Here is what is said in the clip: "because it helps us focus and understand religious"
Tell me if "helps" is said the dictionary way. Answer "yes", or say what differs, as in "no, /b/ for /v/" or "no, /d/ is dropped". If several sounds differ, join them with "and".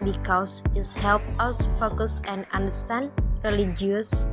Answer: no, /s/ is dropped